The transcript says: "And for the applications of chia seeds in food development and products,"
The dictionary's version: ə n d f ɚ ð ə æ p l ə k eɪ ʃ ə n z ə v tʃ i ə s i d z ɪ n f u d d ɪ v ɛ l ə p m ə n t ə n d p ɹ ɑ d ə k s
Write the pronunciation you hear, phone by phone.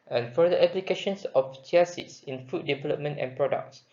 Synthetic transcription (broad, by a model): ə n f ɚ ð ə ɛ p l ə k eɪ ʃ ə n s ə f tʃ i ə s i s ɪ n f u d d ɪ v ɛ l ə p m ə n t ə n p ɹ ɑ d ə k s